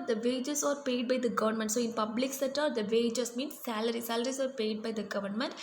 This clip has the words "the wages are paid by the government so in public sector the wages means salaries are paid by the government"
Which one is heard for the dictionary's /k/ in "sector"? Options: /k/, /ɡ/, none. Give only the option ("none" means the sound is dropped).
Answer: none